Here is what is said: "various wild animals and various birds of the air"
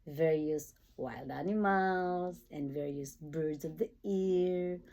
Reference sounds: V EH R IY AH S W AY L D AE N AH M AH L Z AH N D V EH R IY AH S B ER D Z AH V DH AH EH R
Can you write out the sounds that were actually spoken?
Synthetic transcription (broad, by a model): V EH R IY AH S W AY L D AE N AH M AH L Z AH N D V EH R IY AH S B ER D Z AH V DH AH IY R